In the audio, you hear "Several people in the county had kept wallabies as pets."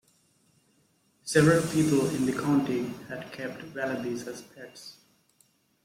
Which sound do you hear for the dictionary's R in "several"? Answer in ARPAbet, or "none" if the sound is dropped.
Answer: R